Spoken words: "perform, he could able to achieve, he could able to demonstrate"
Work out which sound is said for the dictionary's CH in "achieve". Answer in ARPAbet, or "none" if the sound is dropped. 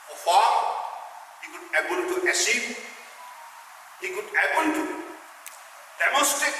S